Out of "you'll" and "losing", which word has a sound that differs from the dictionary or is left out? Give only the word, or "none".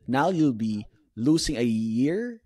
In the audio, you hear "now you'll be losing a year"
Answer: losing